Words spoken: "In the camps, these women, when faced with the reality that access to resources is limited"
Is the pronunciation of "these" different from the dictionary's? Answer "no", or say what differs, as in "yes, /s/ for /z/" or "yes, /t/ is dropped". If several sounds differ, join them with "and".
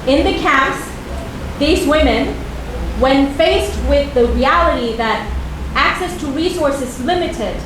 no